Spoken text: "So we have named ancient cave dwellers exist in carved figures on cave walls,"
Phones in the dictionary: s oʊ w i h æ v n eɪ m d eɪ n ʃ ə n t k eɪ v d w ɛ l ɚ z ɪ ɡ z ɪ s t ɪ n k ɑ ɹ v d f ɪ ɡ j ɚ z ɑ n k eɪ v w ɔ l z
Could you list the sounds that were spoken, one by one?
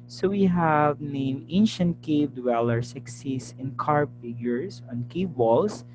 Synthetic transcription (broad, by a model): s oʊ w i h æ v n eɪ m eɪ n ʃ ə n t k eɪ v d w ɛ l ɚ s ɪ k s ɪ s ɪ n k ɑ ɹ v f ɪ ɡ j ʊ s ɑ n k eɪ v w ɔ l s